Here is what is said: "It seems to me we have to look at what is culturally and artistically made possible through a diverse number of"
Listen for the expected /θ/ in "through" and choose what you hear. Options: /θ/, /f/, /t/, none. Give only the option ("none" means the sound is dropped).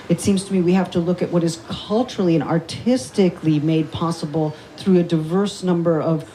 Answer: /θ/